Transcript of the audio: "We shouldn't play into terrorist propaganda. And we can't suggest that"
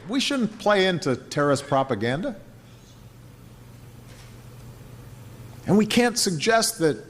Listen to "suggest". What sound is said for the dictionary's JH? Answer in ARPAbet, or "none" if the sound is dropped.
JH